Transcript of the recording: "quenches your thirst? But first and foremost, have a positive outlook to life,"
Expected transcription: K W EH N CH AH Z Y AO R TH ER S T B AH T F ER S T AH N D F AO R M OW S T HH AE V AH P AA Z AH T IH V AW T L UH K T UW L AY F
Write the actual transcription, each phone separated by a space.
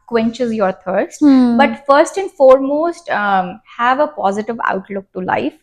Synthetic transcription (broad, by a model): K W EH N CH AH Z Y AO R T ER S T B AH T F ER S T AH N D F AO R M OW S T HH AE V AH P AA Z AH T IH V AW T L UH K T UW L AY F